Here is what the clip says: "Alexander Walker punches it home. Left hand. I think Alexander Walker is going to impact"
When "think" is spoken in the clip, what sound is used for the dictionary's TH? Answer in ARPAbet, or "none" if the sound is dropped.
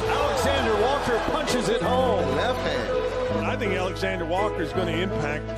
TH